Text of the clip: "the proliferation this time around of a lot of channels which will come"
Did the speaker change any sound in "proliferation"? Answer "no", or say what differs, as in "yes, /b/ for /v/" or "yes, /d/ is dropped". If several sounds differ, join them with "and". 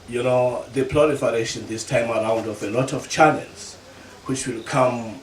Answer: yes, /l/ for /ɹ/